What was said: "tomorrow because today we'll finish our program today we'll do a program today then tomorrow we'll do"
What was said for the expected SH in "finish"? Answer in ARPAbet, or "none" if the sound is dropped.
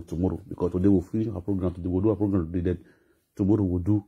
none